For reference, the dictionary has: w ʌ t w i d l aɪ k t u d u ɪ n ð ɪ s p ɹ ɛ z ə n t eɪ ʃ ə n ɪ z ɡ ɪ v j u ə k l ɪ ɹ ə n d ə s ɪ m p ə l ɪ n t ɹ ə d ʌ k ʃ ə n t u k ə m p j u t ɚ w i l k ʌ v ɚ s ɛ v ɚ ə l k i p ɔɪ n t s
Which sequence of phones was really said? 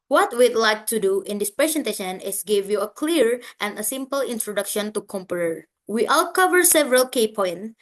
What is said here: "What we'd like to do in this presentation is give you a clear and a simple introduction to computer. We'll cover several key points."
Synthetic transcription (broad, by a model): w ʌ t w i d l aɪ k t u d u ɪ n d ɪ s p ɹ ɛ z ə n t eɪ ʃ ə n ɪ s ɡ ɪ v j u ə k l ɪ ɹ ə n d ə s ɪ m p ə l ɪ n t ɹ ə d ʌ k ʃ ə n t u k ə m p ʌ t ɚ w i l k ʌ v ɚ s ɛ v ɚ ə l k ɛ p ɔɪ n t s